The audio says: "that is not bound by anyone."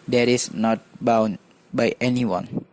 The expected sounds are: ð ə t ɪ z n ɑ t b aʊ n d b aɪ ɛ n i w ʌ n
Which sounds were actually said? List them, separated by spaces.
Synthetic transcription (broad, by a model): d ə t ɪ s n ɑ t b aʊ n b aɪ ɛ n i w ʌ n